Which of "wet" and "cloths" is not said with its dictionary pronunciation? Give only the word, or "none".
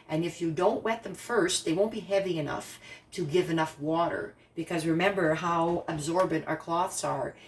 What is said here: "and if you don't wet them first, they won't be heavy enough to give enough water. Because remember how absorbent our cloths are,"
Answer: none